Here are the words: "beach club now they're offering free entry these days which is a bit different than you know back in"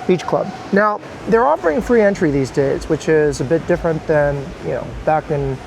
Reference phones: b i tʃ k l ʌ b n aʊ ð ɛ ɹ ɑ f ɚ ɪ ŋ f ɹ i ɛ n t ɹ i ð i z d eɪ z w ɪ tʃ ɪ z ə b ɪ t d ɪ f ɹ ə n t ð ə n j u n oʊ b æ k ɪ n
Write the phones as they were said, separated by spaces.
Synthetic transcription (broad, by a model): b i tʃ k l ʌ b n aʊ ð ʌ ɹ ɑ f ɚ ɪ ŋ f ɹ i ɛ n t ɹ i ð i z d eɪ z w ɪ tʃ ɪ z ə b ɪ t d ɪ f ɹ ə n ð ə n j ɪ n oʊ b æ k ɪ n